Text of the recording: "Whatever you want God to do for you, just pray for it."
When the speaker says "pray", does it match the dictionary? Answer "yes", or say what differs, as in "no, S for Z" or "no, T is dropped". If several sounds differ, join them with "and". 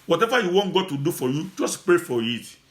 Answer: yes